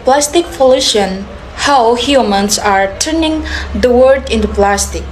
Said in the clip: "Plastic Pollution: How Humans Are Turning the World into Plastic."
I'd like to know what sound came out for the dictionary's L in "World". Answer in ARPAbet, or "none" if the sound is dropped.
none